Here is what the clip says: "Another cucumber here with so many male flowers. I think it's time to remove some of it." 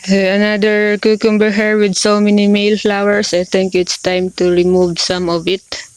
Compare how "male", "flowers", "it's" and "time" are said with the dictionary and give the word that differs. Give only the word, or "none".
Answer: flowers